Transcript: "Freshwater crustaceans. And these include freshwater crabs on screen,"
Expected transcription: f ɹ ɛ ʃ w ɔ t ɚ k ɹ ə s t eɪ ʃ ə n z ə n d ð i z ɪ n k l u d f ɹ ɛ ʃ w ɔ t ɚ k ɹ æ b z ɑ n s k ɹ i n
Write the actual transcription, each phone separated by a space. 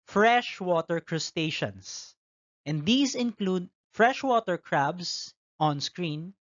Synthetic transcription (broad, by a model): f ɹ ɛ ʃ w ɔ t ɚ k ɹ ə s t eɪ ʃ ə n s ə n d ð i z ɪ n k l u d f ɹ ɛ ʃ w ɔ t ɚ k ɹ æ b s ɑ n s k ɹ i n